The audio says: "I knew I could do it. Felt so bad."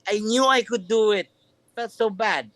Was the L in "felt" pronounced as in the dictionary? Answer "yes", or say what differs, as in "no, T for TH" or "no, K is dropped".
no, L is dropped